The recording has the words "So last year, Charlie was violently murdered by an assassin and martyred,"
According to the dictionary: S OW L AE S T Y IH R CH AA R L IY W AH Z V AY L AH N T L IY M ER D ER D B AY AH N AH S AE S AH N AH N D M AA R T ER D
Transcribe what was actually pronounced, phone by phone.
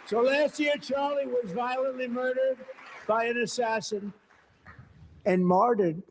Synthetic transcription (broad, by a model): S OW L AE S T Y IH R CH AA R L IY W AH Z V AY L AH N T L IY M ER D ER D B AY AH N AH S AE S AH N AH N M AA R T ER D